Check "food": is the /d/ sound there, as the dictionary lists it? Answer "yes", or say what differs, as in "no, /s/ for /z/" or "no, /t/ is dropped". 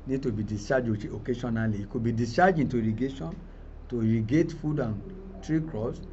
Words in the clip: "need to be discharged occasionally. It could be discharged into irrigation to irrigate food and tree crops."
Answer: yes